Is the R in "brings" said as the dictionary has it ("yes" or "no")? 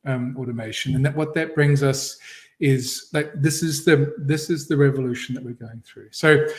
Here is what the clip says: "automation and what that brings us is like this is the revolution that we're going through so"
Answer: yes